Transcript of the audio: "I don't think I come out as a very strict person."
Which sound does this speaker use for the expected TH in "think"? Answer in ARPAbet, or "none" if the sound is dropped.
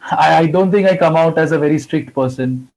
T